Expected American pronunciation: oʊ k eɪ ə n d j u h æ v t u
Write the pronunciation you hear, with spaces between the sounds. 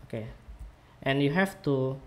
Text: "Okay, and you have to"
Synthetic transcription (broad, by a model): oʊ k eɪ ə n j u h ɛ f t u